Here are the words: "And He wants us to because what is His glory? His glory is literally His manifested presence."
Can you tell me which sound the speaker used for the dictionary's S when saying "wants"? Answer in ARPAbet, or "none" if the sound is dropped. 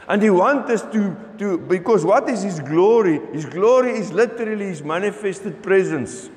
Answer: none